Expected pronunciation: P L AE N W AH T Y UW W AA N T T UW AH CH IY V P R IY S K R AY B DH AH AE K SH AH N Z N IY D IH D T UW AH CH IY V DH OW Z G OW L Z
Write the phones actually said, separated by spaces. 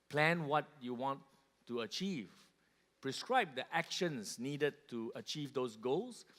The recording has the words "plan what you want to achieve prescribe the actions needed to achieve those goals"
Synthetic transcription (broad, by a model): P L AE N W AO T Y UW W AA N T T UW AH CH IY V P R IY S K R AY B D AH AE K SH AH N S N IY D IH D T UW AH CH IY V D OW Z G OW L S